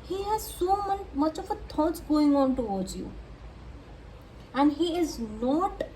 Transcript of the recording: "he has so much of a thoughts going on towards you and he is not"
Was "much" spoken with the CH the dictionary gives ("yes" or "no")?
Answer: yes